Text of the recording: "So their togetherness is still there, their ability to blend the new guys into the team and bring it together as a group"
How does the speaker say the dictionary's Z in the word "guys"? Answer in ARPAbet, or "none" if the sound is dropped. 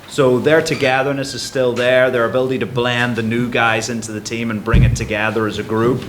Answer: Z